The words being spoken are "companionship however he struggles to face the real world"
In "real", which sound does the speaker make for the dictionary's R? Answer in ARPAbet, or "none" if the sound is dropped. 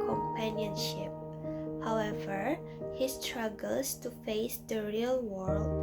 R